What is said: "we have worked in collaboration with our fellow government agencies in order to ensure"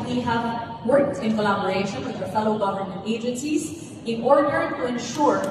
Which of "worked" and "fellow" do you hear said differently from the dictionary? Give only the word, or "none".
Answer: none